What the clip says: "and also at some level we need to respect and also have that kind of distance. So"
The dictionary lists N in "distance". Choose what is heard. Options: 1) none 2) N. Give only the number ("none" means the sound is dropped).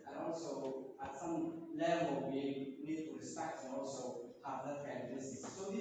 1